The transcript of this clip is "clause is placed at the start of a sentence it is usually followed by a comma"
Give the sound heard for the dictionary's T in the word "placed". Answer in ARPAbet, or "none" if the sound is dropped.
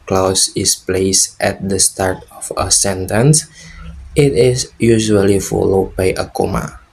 T